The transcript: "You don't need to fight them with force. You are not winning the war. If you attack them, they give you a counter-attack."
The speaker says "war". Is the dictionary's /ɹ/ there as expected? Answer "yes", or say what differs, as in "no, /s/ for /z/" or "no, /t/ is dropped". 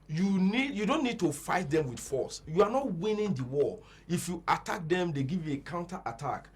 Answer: no, /l/ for /ɹ/